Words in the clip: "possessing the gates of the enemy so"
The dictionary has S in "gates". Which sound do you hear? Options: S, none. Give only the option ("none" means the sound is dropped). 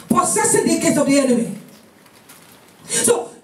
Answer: none